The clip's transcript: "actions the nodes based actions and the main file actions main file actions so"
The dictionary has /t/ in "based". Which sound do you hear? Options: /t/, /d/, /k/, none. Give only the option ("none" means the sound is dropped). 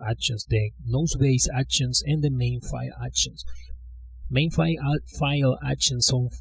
none